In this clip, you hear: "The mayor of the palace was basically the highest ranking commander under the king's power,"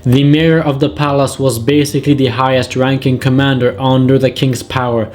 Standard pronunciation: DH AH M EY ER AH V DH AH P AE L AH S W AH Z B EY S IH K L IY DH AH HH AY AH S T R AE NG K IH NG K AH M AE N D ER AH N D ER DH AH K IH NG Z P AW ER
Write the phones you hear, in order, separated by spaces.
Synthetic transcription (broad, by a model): DH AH M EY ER AH V DH AH P AE L AH S W AH Z B EY S IH K L IY DH AH HH AY AH S T R AE NG K IH NG K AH M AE N D ER AH N D ER DH AH K IH NG Z P AW ER